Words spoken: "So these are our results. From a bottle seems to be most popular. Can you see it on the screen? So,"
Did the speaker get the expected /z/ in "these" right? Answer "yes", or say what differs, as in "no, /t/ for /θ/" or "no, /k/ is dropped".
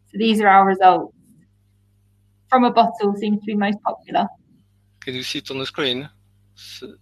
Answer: yes